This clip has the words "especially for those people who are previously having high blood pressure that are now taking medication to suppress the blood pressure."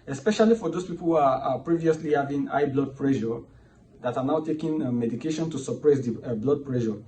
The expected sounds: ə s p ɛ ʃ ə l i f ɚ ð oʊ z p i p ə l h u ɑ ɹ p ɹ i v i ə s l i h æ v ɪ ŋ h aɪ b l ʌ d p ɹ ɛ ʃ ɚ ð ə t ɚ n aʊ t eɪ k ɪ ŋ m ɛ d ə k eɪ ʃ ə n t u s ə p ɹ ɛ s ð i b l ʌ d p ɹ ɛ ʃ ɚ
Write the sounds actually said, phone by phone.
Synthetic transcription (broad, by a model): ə s p ɛ ʃ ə l i f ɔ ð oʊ s p i p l h u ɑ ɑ p ɹ i v i ə s l i h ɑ v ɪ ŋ aɪ b l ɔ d p ɹ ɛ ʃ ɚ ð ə t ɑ n aʊ t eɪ k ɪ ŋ m ɛ d ə k eɪ ʃ ə n t u s ə p ɹ ɛ s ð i b l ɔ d p ɹ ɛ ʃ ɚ